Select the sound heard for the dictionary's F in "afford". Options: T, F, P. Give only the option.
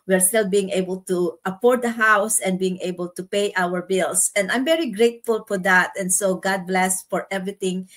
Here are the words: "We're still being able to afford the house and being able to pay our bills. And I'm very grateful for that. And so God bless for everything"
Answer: P